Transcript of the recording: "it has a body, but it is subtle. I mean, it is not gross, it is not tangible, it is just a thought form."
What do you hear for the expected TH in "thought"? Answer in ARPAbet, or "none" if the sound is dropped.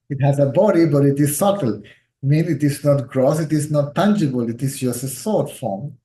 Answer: S